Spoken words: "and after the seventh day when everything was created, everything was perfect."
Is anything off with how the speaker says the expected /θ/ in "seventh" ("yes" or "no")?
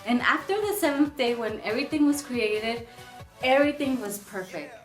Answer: no